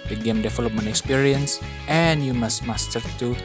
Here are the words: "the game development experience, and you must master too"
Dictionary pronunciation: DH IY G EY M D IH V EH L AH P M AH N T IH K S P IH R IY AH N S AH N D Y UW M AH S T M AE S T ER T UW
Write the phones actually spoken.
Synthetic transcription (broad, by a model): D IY G EY M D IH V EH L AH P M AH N IH K S P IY R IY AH N S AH N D Y UW M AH S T M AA S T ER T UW